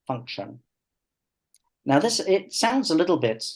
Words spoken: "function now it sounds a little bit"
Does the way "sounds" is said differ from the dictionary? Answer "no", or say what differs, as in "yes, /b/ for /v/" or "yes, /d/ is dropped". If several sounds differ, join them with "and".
no